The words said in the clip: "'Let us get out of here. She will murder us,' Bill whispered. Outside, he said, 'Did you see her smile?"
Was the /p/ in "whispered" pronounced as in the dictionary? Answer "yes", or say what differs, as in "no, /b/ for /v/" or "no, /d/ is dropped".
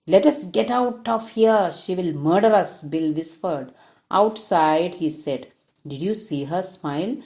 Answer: no, /f/ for /p/